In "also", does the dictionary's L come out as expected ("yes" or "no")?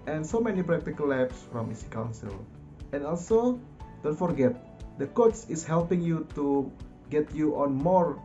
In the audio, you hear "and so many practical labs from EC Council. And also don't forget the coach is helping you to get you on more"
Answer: yes